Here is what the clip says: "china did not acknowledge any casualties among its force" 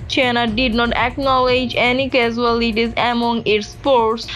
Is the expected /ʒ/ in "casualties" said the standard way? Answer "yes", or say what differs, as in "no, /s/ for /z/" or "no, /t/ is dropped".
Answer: no, /z/ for /ʒ/